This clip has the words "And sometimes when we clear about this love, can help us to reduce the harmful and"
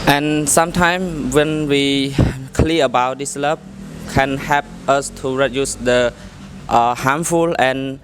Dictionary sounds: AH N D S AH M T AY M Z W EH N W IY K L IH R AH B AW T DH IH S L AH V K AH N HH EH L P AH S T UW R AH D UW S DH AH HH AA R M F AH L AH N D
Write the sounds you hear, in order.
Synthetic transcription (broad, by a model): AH N S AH M T AY M W EH N W IY K L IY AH AH B AW T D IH S L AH B K AH N HH EH L P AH S T UW R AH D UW S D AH HH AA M F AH L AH N